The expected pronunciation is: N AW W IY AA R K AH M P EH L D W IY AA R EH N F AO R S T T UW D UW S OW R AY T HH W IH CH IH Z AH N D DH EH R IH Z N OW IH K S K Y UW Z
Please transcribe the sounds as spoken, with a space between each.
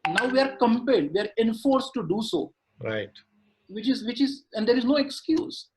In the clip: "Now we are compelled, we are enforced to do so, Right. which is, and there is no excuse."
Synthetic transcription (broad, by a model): N AW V IY AA R K AH M P EH L D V IY AA R EH N F AO R S T T UW D UW S OW R AY T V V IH CH IH Z AH N D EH R IH Z N OW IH K S K Y UW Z